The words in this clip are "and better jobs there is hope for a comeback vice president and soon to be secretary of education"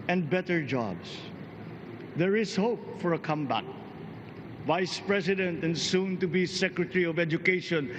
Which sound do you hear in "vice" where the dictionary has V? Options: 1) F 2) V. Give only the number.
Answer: 2